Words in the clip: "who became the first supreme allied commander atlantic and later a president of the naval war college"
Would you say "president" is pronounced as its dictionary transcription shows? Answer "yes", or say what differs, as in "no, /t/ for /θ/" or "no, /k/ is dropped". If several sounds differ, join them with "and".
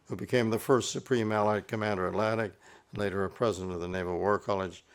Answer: yes